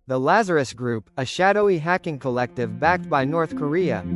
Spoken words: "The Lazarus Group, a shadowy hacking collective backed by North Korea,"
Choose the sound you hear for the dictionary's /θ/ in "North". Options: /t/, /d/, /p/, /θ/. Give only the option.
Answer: /θ/